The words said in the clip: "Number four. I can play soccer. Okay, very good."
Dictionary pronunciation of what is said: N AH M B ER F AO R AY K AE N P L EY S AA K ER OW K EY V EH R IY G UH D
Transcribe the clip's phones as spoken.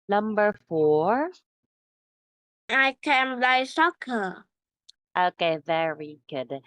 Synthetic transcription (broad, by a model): N AH M B ER F AO R AY K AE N B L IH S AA K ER OW K EY V EH R IY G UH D